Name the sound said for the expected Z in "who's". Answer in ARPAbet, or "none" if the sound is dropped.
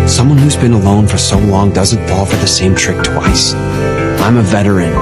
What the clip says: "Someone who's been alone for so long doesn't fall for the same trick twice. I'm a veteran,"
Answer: Z